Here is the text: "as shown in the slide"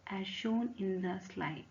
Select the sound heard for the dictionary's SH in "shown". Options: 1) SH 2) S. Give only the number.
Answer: 1